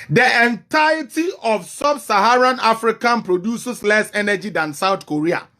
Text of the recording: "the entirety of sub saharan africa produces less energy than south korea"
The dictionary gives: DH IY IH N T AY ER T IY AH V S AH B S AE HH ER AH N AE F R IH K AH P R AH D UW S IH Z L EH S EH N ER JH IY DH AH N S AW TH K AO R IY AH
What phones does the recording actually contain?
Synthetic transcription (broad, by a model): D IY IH N T AY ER T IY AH F S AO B S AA HH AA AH N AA F R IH K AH P R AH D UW S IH S L EH S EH N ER JH IY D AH N S AW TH K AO R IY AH